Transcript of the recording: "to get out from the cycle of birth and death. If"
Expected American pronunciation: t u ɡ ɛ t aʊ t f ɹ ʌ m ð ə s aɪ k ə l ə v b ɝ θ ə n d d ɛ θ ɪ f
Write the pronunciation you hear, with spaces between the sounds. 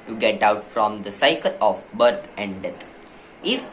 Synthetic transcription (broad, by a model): t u ɡ ɛ t aʊ t f ɹ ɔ m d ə s aɪ k ə l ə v b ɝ t ə n d d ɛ t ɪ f